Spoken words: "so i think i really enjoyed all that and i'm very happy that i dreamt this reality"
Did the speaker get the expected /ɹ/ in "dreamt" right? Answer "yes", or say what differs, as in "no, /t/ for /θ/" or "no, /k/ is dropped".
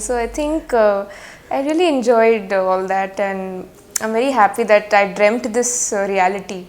yes